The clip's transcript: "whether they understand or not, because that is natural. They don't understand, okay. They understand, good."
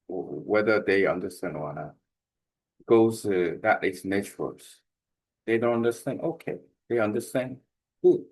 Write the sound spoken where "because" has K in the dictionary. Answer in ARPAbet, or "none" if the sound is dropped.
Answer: none